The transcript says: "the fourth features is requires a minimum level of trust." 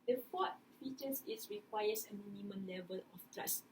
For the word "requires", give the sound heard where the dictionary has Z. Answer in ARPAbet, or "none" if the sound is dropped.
S